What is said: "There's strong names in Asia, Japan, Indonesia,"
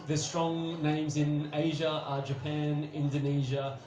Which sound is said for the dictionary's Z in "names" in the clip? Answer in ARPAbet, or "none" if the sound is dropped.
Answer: Z